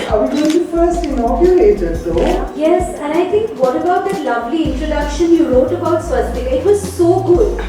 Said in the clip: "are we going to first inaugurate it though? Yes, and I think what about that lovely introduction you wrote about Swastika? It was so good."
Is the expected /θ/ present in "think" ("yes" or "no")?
no